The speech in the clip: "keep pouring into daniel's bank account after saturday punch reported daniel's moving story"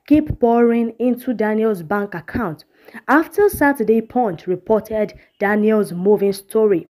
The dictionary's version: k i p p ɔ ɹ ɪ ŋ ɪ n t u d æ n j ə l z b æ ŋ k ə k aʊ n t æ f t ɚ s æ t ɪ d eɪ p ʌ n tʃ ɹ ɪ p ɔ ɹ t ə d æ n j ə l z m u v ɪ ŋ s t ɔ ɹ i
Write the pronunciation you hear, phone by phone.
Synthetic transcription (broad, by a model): k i p b ɔ ɹ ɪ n ɪ n t u d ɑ n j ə l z b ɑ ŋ k ə k aʊ n t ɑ f t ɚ s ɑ t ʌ d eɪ p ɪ n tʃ ɹ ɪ p ɔ t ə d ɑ n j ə l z m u v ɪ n s t ɔ ɹ i